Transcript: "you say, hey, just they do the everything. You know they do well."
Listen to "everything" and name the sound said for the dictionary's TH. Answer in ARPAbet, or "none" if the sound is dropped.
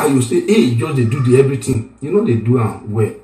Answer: T